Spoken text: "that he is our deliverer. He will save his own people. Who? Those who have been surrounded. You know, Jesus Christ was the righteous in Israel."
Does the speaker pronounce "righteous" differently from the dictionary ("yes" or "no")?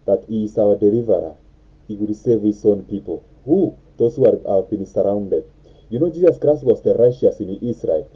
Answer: yes